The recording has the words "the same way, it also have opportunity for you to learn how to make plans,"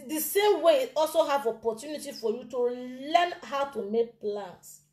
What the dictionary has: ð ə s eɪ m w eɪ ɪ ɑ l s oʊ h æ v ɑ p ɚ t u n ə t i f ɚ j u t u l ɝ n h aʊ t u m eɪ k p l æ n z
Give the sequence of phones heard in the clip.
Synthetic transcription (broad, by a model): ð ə s eɪ m w eɪ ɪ ɑ l s oʊ h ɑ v ɑ p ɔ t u n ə t i f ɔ j u t u l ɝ n h aʊ t u m eɪ k p l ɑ n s